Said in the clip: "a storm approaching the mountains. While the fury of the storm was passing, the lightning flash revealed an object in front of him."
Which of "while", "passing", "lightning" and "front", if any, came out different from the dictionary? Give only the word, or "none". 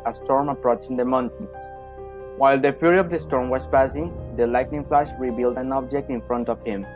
none